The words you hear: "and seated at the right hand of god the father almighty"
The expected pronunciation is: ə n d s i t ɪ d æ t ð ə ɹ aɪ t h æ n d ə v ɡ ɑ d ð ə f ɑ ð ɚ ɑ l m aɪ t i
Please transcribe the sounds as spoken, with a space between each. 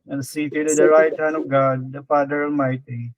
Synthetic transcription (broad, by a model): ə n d s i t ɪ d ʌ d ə ɹ aɪ t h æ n ə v ɡ ɑ d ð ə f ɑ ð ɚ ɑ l m aɪ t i